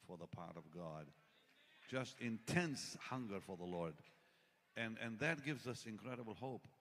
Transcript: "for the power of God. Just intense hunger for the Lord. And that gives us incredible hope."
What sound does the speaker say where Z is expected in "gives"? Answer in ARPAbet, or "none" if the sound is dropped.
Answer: Z